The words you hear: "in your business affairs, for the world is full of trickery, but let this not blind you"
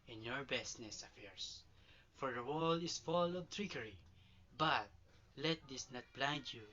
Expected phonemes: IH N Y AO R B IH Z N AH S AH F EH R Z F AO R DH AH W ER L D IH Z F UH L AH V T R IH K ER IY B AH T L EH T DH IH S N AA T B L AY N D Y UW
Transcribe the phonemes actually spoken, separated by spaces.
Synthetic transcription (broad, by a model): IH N Y AO R B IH S N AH S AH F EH R S F AO R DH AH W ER L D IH S F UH L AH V T R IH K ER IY B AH T L EH T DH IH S N AA T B L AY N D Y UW